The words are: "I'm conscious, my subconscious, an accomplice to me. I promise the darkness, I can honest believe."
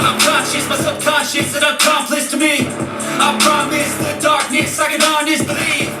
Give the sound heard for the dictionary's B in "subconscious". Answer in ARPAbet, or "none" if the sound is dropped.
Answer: none